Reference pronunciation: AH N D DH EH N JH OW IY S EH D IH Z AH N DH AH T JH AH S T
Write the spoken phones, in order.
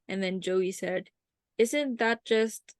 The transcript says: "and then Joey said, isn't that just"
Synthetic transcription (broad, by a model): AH N DH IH N JH OW IY S EH D IH Z AH N DH AH T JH AH S T